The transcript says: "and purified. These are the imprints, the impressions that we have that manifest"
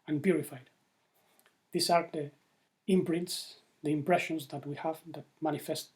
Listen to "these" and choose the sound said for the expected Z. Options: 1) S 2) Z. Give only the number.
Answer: 1